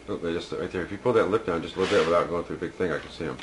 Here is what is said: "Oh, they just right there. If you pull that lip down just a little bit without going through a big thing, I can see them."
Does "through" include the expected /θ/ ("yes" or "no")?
yes